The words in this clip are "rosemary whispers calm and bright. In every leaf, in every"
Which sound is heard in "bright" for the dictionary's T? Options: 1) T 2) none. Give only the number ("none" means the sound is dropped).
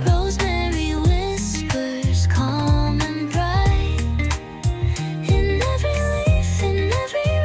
2